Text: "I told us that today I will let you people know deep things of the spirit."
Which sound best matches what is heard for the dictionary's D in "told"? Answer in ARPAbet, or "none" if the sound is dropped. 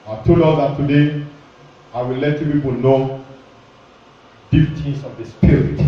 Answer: none